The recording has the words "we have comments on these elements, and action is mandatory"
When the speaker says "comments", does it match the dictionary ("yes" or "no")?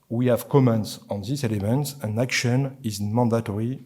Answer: yes